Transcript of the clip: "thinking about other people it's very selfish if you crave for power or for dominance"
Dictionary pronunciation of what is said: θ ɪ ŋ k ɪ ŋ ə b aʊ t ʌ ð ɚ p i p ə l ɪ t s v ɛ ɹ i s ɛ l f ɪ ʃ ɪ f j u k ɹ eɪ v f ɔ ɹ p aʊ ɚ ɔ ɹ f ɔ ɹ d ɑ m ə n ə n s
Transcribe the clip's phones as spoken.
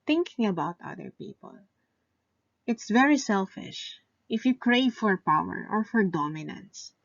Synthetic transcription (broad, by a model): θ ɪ ŋ k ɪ ŋ ə b aʊ t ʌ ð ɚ p i p ə l ɪ t s v ɛ ɹ i s ɛ l f ɪ ʃ ɪ f j u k ɹ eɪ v f ɔ ɹ p aʊ ɚ ɔ ɹ f ɔ ɹ d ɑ m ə n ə n s